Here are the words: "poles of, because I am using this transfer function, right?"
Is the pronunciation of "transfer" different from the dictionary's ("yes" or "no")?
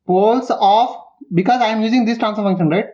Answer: yes